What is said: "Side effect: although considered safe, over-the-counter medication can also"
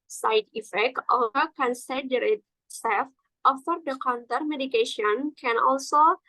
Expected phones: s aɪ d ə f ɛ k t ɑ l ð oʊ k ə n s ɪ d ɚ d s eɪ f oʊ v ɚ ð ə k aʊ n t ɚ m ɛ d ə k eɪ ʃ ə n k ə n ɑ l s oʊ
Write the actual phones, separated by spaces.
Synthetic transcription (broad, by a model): s aɪ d ə f ɛ k t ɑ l oʊ k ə n s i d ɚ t s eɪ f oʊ f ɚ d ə k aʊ n t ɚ m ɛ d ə k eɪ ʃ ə n k ə n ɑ l s oʊ